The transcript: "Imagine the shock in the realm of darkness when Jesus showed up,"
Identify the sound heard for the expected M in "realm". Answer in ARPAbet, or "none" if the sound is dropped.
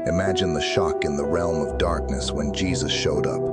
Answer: M